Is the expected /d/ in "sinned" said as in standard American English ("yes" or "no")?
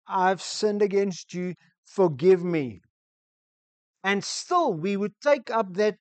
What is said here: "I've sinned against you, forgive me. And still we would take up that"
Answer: yes